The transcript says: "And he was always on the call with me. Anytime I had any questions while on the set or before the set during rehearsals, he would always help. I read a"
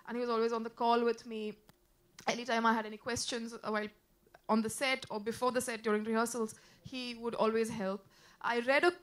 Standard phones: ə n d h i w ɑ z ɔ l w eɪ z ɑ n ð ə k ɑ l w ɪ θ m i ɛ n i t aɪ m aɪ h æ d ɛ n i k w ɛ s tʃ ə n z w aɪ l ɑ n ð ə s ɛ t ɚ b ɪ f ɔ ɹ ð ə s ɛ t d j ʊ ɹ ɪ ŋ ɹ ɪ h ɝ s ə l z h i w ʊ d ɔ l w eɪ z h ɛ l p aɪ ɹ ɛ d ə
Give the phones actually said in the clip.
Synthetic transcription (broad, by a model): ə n h i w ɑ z ɔ l w eɪ z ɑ n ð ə k ɑ l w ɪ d m i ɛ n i t aɪ m aɪ h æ d ɛ n i k w ɛ s tʃ ə n z w aɪ l ɑ n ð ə s ɛ t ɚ b ɪ f ɔ ɹ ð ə s ɛ t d j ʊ ɹ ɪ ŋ ɹ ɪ h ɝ s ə l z h i w ʊ d ɔ l w eɪ z h ɛ l p aɪ ɹ ɛ d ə